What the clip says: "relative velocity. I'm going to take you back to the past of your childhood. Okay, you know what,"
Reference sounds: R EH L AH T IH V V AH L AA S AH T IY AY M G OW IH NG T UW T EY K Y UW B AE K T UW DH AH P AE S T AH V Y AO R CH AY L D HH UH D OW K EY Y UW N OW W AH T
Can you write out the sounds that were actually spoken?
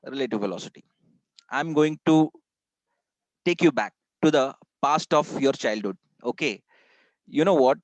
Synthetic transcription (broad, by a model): R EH L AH T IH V F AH L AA S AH T IY AY M G OW IH NG T UW T EY K Y UW B AE K T UW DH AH P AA S T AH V Y AO R CH AY L D HH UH D OW K EY Y UW N OW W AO T